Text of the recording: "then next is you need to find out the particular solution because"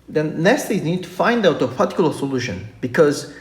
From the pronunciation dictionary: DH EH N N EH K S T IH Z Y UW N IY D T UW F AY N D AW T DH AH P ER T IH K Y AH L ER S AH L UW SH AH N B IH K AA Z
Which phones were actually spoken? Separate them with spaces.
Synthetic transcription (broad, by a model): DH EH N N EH S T IH Z N IY D T UW F AY N D AW T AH P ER T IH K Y L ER S AH L UW SH AH N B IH K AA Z